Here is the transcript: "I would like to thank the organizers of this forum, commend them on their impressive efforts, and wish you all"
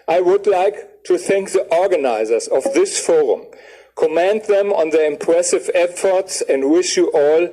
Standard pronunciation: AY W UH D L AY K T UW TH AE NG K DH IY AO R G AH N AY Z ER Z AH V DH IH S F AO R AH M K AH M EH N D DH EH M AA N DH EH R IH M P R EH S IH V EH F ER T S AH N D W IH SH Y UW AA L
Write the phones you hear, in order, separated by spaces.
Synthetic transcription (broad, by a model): AY W UH D L AY K T UW TH AE NG K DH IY AO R G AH N AY Z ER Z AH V DH IH S F AO R AH M K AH M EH N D DH EH M AA N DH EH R IH M P R EH S IH V EH F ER T S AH N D W IH SH Y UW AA L